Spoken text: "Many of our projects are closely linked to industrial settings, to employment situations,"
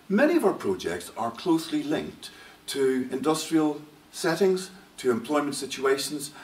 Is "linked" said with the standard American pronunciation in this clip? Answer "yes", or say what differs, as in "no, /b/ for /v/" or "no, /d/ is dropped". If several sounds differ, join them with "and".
yes